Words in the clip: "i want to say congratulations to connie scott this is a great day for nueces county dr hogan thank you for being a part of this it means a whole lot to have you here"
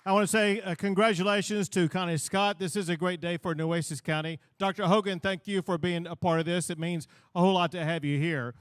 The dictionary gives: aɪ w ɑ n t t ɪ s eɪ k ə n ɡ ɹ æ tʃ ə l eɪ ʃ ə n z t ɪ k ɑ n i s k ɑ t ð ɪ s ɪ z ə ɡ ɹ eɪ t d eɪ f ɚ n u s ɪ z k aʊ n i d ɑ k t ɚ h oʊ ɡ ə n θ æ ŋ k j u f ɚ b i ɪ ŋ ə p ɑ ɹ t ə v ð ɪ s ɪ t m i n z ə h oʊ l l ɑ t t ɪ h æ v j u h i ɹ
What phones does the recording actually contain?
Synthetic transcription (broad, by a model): aɪ w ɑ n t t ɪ s eɪ k ə n ɡ ɹ æ tʃ ə l eɪ ʃ ə n z t ɪ k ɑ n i s k ɑ t ð ɪ s ɪ z ə ɡ ɹ eɪ t d eɪ f ɚ n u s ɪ s k aʊ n i d ɑ k t ɚ h oʊ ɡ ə n θ æ ŋ k j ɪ f ɚ b i ɪ ŋ ə p ɑ ɹ t ə v ð ɪ s ɪ t m i n z ə h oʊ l l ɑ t t ɪ h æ v j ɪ h i ɹ